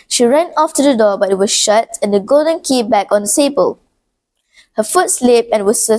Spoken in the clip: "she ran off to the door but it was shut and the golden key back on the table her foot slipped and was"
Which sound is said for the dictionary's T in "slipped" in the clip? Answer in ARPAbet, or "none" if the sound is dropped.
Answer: none